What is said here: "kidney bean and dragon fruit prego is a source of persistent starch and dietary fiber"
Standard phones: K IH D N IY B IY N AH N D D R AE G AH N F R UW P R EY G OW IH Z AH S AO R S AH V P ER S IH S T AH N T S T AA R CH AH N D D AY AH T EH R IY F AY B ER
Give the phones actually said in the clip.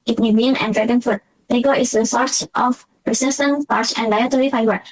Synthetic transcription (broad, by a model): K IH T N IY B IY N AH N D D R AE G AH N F UW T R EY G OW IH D AH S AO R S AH F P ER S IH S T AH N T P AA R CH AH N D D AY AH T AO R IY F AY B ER